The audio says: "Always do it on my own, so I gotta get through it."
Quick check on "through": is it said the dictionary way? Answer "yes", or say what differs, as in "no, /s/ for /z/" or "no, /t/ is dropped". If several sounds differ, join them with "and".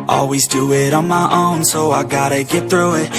yes